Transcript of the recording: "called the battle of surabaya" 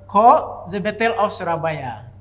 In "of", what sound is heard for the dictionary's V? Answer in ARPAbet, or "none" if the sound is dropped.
W